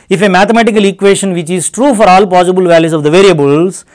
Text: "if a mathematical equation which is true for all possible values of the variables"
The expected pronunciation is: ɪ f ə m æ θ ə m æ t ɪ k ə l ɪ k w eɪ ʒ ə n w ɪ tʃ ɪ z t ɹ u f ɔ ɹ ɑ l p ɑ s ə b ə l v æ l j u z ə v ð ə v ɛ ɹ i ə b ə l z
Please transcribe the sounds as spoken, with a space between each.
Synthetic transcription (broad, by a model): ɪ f ə m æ t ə m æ t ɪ k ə l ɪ k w eɪ ʃ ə n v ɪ tʃ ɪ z t ɹ u f ɔ ɹ ɑ l p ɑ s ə b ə l v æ l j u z ə v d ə v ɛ ɹ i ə b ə l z